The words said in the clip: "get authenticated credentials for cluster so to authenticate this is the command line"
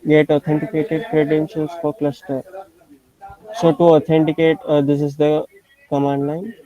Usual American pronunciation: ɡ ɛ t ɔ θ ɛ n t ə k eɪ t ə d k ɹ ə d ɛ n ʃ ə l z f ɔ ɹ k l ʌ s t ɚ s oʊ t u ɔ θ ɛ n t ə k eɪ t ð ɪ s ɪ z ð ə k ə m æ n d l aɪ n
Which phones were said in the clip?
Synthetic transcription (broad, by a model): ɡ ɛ t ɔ t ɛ n t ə k eɪ t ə d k ɹ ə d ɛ n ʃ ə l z f ɔ ɹ k l ʌ s t ɚ s oʊ t u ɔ t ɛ n t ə k eɪ t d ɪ s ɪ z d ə k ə m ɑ n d l aɪ n